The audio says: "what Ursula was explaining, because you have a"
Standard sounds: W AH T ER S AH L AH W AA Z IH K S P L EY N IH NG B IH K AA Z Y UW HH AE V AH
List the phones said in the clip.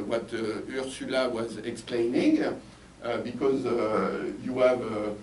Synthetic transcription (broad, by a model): W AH T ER S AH L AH W AA Z IH K S P L EY N IH NG B IH K AA Z Y UW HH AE V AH